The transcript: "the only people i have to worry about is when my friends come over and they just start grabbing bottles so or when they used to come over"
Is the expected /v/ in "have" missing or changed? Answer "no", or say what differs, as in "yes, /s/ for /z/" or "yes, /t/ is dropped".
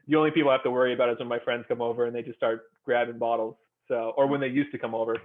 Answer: yes, /f/ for /v/